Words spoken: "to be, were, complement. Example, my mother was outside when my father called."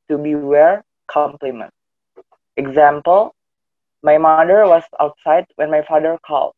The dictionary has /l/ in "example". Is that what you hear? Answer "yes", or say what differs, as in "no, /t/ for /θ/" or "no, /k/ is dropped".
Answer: yes